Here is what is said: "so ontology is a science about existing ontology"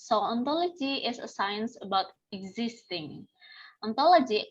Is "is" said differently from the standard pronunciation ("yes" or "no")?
yes